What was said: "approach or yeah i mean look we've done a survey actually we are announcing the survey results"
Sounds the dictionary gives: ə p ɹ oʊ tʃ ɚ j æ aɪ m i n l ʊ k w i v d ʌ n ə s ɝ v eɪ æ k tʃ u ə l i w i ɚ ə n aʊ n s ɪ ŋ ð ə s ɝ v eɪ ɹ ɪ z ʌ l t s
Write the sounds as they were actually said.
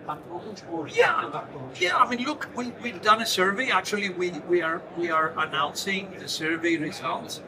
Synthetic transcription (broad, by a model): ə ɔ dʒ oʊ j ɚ j æ aɪ m i n l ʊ k w i v d ʌ n ə s ɝ v eɪ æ k tʃ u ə w i w i ɚ ə n aʊ n s ɪ ŋ ð ə s ɝ v eɪ ɹ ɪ z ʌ l t s